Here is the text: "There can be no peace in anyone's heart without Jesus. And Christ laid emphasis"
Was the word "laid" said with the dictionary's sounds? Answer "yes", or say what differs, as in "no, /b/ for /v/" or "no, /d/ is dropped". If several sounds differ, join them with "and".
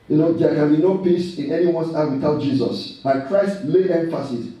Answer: no, /d/ is dropped